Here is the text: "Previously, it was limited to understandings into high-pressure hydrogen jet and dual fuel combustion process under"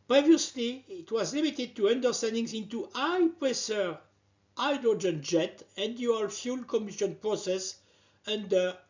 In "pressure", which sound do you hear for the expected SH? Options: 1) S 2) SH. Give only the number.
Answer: 1